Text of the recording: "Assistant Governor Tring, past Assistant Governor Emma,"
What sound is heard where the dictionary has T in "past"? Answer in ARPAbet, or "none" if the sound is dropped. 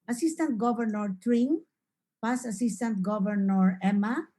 none